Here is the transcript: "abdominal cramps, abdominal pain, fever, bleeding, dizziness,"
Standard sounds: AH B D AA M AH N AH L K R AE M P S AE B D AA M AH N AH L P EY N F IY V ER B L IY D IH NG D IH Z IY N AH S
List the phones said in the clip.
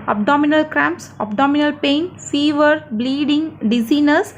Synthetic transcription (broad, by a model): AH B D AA M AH N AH L K R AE M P S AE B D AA M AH N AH L P EY N F IY V ER B L IY D IH NG D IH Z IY N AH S